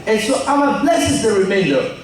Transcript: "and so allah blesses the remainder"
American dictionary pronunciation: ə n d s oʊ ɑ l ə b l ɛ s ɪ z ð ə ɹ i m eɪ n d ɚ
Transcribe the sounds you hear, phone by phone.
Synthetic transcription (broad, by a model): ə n s oʊ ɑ w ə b l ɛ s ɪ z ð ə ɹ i m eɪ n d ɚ